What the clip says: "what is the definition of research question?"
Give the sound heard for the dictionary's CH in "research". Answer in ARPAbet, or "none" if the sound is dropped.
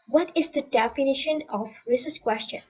S